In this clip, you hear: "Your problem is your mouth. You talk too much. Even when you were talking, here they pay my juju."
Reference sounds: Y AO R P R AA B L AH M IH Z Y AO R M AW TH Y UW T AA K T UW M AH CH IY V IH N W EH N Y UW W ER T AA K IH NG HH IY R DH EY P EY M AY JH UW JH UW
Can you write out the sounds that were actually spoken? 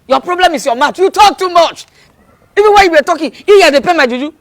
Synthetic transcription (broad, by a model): Y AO P R AA B L AH M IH S Y AO M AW T Y UW T AA K T UW M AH CH IY V IH N W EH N Y UW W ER T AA K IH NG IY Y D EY P EY M AY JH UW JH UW